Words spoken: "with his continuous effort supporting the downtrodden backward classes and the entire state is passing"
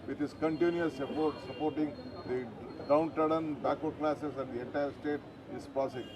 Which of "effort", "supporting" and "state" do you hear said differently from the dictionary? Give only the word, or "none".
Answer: effort